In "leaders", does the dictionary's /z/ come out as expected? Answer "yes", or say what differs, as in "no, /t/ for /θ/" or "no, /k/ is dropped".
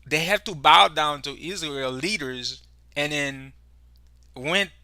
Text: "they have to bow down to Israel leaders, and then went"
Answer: yes